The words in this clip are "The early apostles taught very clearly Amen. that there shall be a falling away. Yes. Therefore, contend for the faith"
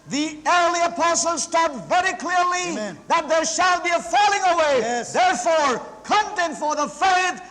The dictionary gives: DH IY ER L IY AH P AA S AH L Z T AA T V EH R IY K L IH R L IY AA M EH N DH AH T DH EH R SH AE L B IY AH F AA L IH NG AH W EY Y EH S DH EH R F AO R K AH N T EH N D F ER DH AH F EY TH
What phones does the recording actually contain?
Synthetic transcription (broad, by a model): DH IY ER L IY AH P AA S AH L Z T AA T V EH R IY K L IH R L IY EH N DH AH T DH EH R SH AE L B IY AH F AA L IH NG AH W EY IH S DH EH R F AO R K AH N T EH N F ER DH AH F EY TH